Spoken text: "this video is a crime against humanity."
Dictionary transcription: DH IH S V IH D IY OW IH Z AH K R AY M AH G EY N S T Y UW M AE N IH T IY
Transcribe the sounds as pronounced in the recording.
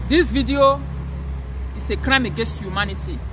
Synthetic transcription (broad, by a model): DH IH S V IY D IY OW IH S AH K R AY M AH G EY N S T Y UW M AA N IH T IY